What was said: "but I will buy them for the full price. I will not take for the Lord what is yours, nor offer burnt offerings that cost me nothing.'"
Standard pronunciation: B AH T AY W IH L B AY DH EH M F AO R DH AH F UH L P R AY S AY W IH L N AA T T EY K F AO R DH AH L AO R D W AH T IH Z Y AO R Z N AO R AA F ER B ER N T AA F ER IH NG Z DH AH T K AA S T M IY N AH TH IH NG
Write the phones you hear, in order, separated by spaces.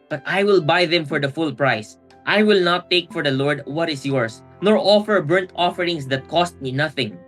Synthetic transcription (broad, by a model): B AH T AY W IH L B AY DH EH M F AO R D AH F UH L P R AY S AY W IH L N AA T T EY K F AO R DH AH L AO R D W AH T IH S Y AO R S N AO R AA F ER B ER N T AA F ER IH NG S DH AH T K AA S T M IY N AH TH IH NG